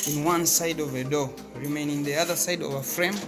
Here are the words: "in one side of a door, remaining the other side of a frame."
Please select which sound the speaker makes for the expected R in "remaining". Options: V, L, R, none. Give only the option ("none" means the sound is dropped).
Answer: R